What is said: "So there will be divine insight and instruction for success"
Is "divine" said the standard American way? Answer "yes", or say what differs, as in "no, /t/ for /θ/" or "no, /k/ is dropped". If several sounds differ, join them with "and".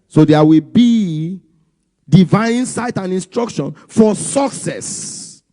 no, /n/ is dropped